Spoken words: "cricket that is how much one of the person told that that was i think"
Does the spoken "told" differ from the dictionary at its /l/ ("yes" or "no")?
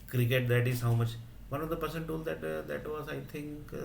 no